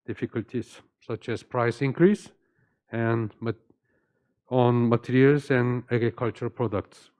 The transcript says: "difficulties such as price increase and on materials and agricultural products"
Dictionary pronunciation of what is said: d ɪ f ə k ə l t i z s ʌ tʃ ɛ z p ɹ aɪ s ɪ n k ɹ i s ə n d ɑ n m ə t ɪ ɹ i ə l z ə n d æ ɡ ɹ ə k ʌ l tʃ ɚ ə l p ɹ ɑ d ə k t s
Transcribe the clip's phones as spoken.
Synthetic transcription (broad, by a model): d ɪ f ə k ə l t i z s ʌ tʃ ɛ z p ɹ aɪ s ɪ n k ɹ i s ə n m ɑ n m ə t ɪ ɹ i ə l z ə n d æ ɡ ɹ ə k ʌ l tʃ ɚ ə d p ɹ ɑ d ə k t s